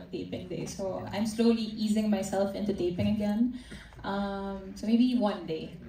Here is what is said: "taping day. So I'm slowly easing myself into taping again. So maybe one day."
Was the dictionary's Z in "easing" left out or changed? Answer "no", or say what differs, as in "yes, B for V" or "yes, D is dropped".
no